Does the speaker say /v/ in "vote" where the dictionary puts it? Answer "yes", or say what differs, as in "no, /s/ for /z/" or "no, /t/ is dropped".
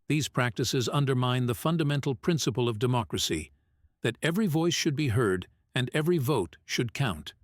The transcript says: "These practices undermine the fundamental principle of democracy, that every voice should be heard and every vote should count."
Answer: yes